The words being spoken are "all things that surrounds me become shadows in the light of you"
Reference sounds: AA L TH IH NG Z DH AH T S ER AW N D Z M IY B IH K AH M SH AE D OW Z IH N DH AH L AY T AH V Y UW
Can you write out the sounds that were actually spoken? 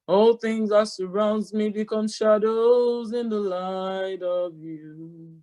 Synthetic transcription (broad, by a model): AA L TH IH NG Z DH AH T S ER AW N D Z M IY B IH K AH M SH AE D OW Z IH N DH AH L AY T AH V Y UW